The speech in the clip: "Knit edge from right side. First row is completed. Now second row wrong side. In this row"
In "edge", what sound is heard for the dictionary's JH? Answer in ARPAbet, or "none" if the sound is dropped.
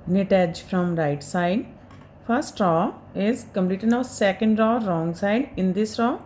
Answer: JH